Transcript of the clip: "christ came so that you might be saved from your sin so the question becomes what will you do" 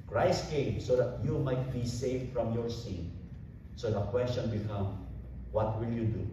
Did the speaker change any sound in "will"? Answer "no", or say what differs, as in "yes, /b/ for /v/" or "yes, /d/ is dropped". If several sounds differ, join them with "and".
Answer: no